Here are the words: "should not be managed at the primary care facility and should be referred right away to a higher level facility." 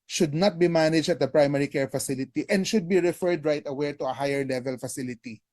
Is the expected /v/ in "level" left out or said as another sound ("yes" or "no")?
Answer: no